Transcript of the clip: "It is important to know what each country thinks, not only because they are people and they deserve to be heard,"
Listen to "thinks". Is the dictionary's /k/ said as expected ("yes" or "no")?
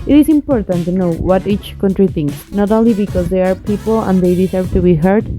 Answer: yes